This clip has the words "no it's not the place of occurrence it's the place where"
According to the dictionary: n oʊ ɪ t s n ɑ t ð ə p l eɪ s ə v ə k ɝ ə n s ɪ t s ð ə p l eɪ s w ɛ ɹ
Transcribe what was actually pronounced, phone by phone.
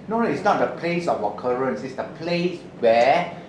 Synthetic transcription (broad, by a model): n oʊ ɪ t s n ɑ t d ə p l eɪ s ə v ə k ɝ ə n s ɪ t s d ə p l eɪ s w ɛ